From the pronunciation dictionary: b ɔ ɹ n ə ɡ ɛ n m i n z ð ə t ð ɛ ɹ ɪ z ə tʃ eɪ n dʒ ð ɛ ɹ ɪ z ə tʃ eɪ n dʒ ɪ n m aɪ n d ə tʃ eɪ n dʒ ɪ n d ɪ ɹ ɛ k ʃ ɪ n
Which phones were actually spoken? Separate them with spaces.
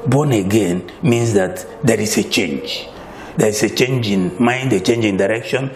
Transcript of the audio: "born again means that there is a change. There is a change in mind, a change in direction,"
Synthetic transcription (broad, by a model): b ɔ n ə ɡ ɛ n m i n s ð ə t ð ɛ ɹ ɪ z ə tʃ eɪ n dʒ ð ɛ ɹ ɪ s ə tʃ eɪ n dʒ ɪ n m aɪ n d ə tʃ eɪ n dʒ ɪ n d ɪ ɹ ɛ k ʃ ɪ n